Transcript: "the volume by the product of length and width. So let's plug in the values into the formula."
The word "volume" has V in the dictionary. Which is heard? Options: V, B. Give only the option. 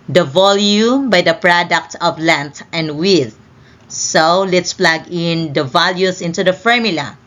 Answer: V